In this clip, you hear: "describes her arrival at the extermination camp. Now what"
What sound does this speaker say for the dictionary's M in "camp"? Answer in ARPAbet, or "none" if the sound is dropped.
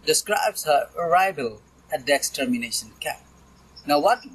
none